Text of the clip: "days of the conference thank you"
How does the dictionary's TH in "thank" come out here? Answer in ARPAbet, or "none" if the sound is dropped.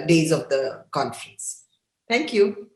T